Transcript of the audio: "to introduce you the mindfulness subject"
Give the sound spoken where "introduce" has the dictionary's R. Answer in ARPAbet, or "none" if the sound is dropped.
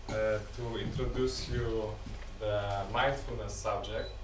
R